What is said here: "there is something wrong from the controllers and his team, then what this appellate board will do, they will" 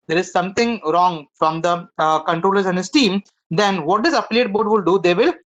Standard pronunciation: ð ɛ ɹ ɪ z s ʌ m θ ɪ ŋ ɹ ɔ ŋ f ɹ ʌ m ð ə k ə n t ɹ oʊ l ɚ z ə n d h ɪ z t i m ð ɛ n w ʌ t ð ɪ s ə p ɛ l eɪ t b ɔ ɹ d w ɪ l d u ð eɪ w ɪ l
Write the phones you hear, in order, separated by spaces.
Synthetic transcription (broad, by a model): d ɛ ɹ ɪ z s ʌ m t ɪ ŋ ɹ ɔ ŋ f ɹ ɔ m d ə k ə n t ɹ oʊ l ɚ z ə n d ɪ s t i m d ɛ n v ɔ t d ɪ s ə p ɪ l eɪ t b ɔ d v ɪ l d u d eɪ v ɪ l